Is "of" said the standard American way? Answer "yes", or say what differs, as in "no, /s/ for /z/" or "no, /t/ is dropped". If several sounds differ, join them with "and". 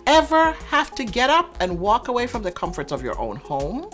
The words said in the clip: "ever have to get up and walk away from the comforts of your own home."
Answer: yes